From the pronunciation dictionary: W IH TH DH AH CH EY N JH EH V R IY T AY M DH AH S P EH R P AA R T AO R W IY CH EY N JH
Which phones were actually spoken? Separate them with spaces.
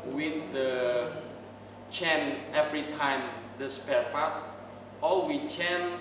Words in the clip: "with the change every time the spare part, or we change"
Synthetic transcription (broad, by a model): W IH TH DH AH CH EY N EH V R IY T AY M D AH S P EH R F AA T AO L W IY CH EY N